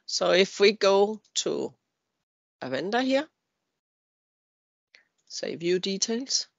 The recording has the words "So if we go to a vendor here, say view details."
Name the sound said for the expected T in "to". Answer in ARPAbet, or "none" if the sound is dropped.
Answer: S